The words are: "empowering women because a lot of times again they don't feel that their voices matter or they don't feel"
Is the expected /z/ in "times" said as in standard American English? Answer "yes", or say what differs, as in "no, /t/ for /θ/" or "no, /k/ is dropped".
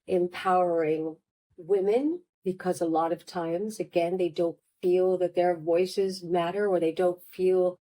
yes